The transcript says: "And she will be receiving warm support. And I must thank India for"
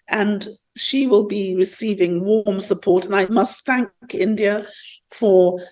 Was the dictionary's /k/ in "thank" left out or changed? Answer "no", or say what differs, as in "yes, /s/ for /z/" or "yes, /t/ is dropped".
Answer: no